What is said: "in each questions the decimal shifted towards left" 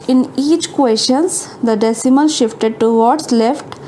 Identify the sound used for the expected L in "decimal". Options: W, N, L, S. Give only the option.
N